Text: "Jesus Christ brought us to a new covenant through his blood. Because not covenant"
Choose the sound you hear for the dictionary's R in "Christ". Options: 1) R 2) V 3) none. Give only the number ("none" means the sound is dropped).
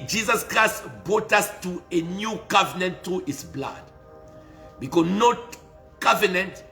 1